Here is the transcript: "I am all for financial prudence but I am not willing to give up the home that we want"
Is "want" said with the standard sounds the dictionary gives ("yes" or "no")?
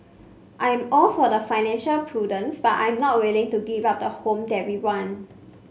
no